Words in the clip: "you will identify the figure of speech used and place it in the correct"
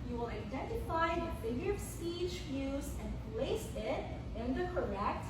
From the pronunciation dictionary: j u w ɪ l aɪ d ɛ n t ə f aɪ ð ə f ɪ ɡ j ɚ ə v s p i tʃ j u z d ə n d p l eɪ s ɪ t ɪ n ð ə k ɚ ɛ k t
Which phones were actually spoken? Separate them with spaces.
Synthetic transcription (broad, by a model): j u w ɪ l aɪ d ɛ n t ə f aɪ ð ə f ɪ ɡ j ɚ ə v s p i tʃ j u z ə n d p l eɪ s ɪ t ɪ n ð ə k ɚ ɛ k t